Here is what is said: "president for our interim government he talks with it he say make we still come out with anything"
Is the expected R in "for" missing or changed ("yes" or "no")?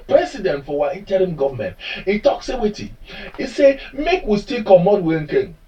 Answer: yes